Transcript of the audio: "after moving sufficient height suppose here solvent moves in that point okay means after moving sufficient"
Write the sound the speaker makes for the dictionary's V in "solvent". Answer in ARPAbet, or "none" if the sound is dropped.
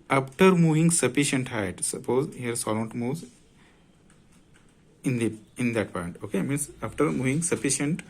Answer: none